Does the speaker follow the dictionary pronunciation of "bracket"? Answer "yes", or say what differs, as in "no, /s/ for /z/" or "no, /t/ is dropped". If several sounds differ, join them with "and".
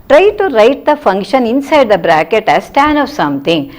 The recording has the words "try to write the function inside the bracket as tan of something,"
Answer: yes